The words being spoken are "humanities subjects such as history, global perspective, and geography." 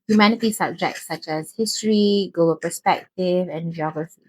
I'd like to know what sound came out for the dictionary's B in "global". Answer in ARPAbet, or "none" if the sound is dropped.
none